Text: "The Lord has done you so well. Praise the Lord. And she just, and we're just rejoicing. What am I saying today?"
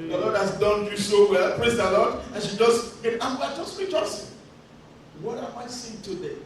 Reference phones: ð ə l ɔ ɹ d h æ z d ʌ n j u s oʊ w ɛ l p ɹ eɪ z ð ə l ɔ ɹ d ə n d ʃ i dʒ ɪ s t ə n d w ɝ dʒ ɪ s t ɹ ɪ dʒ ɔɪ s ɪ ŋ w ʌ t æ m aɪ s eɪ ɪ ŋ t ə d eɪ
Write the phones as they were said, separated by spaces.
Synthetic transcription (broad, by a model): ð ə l ɔ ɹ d h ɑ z d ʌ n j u s oʊ w ɛ l p ɹ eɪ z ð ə l ɔ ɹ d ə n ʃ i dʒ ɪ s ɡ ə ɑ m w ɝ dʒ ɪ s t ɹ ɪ tʃ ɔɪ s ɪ w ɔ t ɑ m aɪ s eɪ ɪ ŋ t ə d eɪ